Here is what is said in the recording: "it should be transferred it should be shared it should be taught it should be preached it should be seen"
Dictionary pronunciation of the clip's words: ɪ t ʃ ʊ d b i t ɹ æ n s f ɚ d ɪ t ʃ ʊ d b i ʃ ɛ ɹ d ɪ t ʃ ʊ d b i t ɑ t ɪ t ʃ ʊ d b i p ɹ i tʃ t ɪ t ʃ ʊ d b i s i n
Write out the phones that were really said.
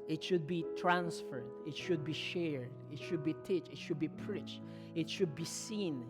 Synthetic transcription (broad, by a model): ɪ t ʃ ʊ d b i t ɹ æ n s f ɚ d ɪ t ʃ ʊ d b i ʃ ɛ ɹ d ɪ t ʃ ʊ d b i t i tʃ ɪ t ʃ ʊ d b i p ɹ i tʃ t ɪ t ʃ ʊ d b i s i n